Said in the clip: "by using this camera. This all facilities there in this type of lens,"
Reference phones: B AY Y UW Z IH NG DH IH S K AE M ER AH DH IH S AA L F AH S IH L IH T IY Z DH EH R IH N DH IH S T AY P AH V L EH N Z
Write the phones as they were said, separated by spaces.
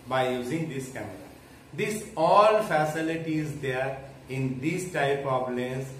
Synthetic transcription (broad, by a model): B AY Y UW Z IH NG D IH S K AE M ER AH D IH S AA L F AH S IH L IH T IY Z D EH R IH N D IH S T AY P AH B L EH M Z